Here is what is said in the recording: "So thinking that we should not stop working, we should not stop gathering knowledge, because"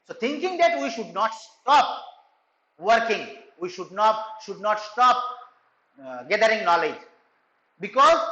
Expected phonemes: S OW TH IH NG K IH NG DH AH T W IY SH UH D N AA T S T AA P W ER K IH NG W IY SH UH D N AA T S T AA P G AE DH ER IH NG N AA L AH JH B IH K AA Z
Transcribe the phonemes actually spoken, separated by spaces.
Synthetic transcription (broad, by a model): S OW T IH NG K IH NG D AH T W IY SH UH D N AA T S T AA P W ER K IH NG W IY SH UH D N AA T S T AA P G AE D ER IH NG N AA L AH JH B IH K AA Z